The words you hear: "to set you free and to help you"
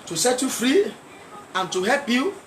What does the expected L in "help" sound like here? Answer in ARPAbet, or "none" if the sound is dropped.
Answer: L